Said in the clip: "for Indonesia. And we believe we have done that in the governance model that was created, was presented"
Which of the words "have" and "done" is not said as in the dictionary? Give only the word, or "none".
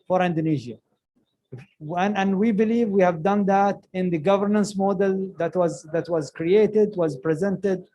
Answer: none